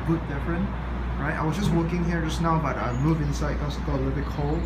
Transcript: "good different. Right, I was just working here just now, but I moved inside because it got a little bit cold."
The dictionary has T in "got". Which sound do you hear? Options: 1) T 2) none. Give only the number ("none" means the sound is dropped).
2